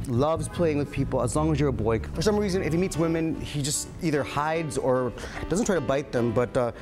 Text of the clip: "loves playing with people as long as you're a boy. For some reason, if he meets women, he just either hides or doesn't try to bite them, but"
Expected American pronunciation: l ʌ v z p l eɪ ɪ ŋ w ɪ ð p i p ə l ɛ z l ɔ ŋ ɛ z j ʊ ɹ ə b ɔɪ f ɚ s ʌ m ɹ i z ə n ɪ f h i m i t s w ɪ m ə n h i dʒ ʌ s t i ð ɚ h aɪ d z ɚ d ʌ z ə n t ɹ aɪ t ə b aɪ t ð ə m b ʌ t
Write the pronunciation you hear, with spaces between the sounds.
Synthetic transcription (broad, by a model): l ʌ v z p l eɪ ɪ ŋ w ɪ ð p i p l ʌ z l ɔ ŋ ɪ z j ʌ ɹ ə b ɔɪ f ɚ s ʌ m ɹ i z ə n ɪ f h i m i t s w ɪ m ə n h i dʒ ʌ s t i ð ɚ h aɪ d z ɚ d ʌ z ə n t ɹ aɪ t ə b aɪ t ð ə m b ʌ t